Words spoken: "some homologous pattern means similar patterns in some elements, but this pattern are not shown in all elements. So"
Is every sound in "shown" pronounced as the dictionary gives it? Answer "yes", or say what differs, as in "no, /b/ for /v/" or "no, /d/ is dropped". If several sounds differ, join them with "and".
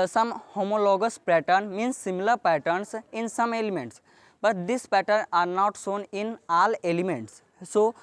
no, /s/ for /ʃ/